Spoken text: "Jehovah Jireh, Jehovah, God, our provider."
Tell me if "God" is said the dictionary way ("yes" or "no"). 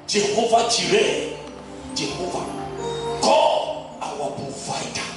no